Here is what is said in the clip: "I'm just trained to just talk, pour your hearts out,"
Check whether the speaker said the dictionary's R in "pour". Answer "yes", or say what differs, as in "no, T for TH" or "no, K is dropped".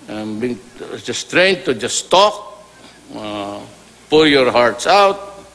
no, L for R